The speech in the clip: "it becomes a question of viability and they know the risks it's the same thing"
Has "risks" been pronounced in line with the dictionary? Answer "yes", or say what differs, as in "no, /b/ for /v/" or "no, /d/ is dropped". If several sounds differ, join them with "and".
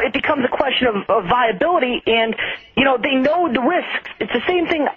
yes